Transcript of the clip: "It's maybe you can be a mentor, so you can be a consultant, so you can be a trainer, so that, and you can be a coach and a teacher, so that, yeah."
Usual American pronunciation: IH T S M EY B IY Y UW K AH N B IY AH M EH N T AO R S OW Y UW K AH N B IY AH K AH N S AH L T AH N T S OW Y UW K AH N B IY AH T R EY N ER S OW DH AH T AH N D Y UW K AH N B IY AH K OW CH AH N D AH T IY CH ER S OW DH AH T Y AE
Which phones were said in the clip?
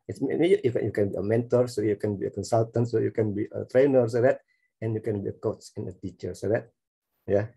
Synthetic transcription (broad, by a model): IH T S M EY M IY Y UW K AH N B IY AH M EH N T AO R S OW Y UW K AH N B IY AH K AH N S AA L T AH N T S OW Y UW K AH N B IY AH T R EY N ER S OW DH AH T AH N Y UW K AH N B IY AH K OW S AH N AH T IY CH ER S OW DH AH T Y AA